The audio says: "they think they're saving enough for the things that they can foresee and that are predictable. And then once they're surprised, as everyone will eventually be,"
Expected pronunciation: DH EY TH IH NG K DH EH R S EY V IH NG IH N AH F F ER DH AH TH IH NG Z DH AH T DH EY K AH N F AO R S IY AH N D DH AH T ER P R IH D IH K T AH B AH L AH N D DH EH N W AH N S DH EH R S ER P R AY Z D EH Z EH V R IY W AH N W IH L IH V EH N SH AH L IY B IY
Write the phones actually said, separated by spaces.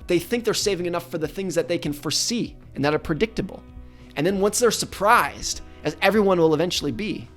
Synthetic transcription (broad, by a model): DH EY TH IH NG K DH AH R S EY V IH NG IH N AH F F ER DH AH TH IH NG Z DH AH T DH EY K AH N F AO R S IY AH N DH AH T ER P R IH D IH K T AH B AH L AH N DH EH N W AH N S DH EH R S ER P R AY Z D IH Z EH V R IY W AH N W IH L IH V EH N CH L IY B IY